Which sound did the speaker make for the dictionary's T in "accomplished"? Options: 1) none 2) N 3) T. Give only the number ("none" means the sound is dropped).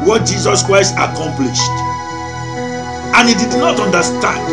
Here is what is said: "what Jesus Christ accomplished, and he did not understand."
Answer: 3